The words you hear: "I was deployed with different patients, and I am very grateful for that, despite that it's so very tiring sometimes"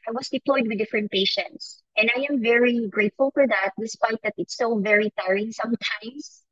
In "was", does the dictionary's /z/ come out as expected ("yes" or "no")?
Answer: no